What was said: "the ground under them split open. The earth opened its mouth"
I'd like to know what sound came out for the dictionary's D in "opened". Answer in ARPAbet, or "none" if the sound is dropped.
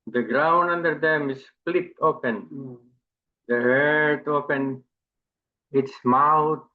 none